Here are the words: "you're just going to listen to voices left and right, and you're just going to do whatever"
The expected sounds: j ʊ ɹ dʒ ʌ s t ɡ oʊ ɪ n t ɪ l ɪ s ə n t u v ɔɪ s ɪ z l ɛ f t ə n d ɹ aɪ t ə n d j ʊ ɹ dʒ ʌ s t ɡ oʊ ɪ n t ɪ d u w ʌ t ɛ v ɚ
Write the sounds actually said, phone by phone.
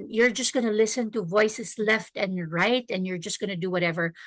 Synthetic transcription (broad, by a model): j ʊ ɹ dʒ ʌ s t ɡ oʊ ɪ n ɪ l ɪ s ə n t u v ɔɪ s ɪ s l ɛ f t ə n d ɹ aɪ t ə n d j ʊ ɹ dʒ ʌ s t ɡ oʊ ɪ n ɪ d u w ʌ t ɛ v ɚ